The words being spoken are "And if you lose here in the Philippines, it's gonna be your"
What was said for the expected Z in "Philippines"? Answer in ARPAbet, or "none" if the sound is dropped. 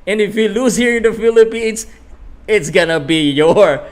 S